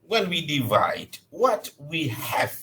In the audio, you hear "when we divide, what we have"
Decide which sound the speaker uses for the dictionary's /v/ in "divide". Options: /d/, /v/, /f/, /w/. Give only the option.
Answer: /v/